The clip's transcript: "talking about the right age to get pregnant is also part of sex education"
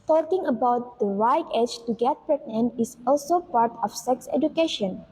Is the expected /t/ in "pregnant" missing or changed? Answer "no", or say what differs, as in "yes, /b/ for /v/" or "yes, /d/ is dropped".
yes, /t/ is dropped